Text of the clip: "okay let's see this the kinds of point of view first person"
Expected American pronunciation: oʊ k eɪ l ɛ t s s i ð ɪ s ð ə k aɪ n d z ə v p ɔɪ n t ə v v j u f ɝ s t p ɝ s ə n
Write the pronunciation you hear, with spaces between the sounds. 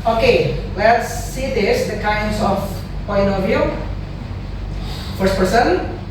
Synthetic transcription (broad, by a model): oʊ k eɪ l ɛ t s s i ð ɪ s ð ə k aɪ n d z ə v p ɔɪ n ə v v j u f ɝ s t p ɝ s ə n